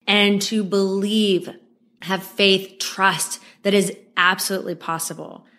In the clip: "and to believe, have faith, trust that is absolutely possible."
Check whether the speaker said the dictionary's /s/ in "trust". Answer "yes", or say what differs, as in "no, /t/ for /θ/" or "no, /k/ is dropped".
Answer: yes